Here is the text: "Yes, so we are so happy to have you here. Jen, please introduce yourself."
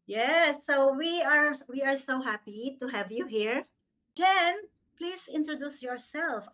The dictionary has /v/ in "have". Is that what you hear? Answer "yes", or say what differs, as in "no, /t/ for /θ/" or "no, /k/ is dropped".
yes